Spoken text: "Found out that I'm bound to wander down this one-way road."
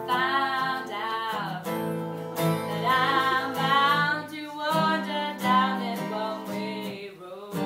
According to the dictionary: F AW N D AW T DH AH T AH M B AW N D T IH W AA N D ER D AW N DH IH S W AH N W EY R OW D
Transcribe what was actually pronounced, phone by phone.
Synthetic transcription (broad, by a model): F AW N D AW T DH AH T AH M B AW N T IH W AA D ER D AW N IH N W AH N W EY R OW